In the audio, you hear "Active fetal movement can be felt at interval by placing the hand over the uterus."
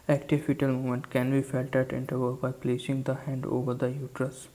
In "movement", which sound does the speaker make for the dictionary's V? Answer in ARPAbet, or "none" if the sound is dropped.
none